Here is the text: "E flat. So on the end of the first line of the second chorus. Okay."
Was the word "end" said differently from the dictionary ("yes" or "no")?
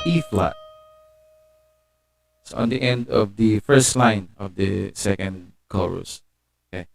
no